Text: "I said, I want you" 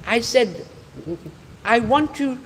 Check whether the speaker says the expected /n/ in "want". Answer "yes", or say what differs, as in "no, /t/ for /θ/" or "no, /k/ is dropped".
yes